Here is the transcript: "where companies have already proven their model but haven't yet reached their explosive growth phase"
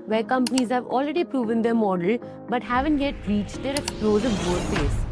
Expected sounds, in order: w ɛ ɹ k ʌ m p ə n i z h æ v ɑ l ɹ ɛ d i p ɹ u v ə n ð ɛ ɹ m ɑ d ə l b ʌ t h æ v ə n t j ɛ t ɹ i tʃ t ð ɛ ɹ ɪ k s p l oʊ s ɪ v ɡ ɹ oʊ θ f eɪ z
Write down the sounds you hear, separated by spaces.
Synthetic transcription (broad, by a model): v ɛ ɹ k ʌ m p ə n i z h æ v ɑ l ɹ ɛ d i p ɹ u v ə n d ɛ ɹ m ɑ d ə l b ʌ t h æ v ə n t j ɛ t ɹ i tʃ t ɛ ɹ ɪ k s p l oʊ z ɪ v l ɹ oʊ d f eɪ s